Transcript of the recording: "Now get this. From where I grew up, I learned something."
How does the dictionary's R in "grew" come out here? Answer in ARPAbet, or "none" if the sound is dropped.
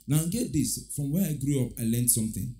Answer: R